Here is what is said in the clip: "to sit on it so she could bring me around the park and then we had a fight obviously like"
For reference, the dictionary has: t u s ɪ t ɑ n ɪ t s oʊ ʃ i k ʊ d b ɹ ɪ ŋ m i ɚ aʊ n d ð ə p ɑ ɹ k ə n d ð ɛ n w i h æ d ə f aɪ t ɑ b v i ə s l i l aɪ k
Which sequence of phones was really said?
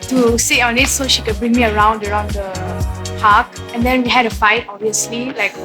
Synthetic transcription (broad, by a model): t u s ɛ ɑ n ɪ t s oʊ ʃ i k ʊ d b ɹ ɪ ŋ m i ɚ aʊ n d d ə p ɑ k ə n d ɛ n w i h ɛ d ə f aɪ t ɑ b v i ə s l i l aɪ k